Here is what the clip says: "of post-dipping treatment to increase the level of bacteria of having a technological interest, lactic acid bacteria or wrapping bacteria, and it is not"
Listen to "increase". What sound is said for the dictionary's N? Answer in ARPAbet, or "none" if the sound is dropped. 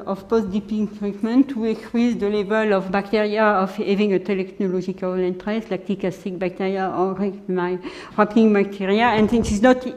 none